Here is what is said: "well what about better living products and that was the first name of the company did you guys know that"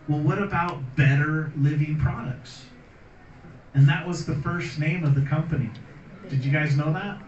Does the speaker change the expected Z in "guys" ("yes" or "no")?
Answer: no